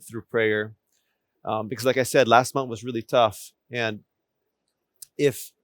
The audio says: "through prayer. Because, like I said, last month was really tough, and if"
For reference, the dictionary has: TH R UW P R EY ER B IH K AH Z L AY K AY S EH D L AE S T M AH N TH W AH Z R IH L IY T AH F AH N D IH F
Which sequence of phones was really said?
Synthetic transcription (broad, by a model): TH R UW P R EY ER B IH K AH Z L AY K AY S EH D L AE S T M AH N TH W AH Z R IH L IY T AH F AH N IH F